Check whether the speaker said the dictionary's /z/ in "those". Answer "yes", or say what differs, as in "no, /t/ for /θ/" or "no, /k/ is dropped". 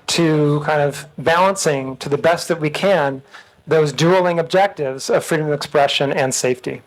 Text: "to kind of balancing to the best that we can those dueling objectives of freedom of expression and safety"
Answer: yes